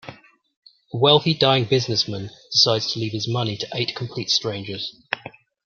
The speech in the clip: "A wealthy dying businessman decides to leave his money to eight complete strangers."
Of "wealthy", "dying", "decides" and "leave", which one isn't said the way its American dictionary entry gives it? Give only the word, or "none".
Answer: none